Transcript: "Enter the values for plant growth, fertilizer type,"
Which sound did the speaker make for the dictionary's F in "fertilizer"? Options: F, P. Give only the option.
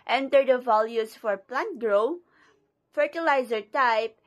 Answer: F